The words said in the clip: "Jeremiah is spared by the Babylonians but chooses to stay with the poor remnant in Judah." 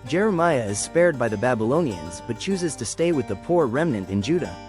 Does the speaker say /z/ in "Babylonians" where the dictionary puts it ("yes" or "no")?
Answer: yes